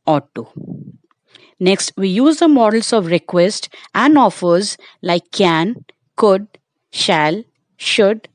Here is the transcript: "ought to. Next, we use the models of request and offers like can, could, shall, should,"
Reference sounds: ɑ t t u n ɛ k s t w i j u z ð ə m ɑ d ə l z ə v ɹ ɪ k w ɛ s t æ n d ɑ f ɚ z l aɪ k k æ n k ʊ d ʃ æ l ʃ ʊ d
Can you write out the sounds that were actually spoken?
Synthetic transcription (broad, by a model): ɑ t t u n ɛ k s t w i j u z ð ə m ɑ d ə l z ə v ɹ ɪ k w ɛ s t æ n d ɑ f ɚ z l aɪ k k æ n k ʊ d ʃ æ l ʃ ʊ d